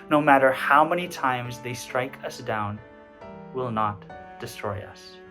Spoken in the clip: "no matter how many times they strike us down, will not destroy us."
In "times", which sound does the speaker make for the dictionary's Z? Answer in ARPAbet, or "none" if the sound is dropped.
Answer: Z